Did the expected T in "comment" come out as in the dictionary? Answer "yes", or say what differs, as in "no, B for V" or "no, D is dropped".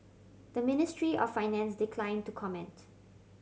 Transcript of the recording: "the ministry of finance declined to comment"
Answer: yes